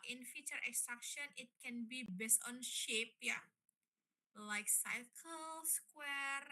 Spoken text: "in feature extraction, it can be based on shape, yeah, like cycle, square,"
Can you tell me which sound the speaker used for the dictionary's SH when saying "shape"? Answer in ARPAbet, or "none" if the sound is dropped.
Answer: SH